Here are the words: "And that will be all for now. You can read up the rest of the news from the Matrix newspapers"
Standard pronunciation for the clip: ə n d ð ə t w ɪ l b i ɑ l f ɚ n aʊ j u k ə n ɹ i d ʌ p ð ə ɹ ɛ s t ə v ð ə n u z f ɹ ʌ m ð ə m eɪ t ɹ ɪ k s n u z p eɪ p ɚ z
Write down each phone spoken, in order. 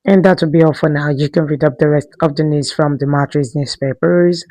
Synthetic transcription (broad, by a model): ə n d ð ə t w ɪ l b i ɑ f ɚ n aʊ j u k ə n ɹ i d ʌ p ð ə ɹ ɛ s t ə v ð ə n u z f ɹ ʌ m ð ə m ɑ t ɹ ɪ s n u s p eɪ p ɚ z